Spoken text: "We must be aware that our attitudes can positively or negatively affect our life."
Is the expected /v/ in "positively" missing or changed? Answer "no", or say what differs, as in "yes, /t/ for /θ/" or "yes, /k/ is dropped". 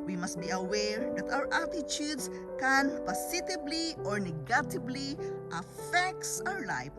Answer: yes, /b/ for /v/